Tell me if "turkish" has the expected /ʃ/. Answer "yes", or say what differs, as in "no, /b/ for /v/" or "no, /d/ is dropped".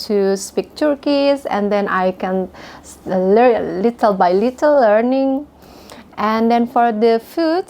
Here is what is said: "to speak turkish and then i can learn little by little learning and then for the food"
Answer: no, /s/ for /ʃ/